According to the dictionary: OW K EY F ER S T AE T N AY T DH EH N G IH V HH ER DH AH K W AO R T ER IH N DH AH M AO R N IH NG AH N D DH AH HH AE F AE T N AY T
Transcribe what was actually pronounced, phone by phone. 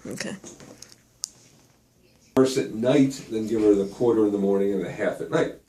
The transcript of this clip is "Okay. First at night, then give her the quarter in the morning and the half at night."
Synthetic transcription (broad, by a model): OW K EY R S IH T N AY T DH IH N G IH V ER DH AH K W AO R T ER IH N DH AH M AO R N IH NG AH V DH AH HH AE F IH T N AY T